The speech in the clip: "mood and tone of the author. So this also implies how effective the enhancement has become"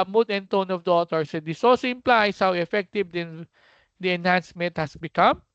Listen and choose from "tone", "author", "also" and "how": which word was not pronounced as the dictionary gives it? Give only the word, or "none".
author